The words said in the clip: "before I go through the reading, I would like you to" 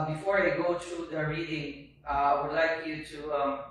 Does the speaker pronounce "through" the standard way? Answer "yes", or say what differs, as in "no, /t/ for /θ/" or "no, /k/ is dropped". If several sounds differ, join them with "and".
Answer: no, /t/ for /θ/